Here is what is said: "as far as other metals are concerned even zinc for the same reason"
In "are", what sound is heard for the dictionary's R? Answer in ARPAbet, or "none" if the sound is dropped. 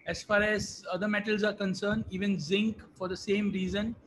R